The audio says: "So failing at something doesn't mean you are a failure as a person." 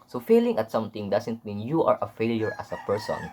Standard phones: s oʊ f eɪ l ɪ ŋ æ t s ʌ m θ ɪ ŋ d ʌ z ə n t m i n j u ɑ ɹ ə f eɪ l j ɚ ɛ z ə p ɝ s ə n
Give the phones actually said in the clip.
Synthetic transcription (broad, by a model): s oʊ f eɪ l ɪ ŋ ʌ t s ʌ m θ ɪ ŋ d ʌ s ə n t m i n j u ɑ ɹ ə f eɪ l j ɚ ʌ s ə p ɝ s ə n